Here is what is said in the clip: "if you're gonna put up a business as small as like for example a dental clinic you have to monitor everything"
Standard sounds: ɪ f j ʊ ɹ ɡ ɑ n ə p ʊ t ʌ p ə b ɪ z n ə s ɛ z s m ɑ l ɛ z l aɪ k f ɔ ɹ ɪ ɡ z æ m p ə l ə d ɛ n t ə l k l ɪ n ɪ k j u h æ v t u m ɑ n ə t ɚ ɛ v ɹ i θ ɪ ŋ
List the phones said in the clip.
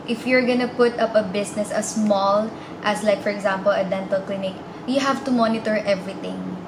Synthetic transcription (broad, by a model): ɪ f j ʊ ɹ ɡ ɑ n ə p ʊ t ʌ p ə b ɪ s n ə s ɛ s m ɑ l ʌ s l aɪ k f ɔ ɹ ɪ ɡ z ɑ m p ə l ə d ɛ n t ə l k l ɪ n ɪ k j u h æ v t u m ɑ n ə t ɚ ɛ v ɹ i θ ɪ ŋ